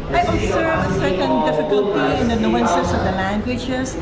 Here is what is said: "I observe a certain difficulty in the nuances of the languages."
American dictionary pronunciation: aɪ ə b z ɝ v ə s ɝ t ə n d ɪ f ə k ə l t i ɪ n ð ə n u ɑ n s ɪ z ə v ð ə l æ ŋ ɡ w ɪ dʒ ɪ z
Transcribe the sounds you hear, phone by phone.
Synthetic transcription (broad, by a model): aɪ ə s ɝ ə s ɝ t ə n d ɪ f ə k ə l t i ɪ n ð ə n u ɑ n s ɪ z ə v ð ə l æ ŋ ɡ w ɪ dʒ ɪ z